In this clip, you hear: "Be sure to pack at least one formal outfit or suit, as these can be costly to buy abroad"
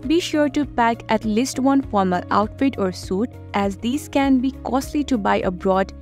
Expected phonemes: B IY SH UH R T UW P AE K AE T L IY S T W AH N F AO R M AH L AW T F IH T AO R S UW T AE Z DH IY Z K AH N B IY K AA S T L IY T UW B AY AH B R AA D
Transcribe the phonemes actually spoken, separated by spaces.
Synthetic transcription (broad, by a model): B IY SH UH R T UW P AE K AE T L IY S T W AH N F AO R M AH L AW T F IH T AO R S UW T AE Z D IY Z K AH N B IY K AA S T L IY T UW B AY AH B R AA D